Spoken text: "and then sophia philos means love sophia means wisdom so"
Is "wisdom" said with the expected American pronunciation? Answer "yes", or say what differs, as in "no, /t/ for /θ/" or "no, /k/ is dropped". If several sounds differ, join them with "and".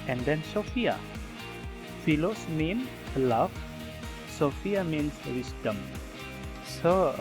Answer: no, /s/ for /z/